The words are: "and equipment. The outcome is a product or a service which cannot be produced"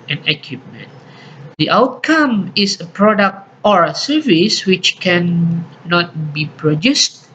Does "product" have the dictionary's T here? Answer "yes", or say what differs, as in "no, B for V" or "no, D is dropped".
yes